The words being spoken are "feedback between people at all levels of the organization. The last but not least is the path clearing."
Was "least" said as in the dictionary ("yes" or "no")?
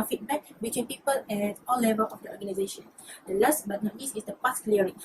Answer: no